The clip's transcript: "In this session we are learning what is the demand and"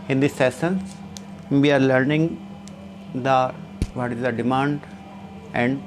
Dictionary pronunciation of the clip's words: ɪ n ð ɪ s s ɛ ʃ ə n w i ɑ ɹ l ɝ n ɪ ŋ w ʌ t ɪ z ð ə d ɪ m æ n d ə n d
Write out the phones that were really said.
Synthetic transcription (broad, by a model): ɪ n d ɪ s s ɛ s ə n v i ɑ ɹ l ɝ n ɪ ŋ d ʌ t ɪ z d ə d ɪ m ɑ n d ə n d